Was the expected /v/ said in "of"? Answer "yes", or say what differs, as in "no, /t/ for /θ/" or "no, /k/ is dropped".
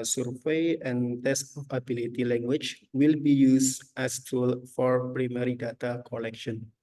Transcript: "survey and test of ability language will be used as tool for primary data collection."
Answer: no, /p/ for /v/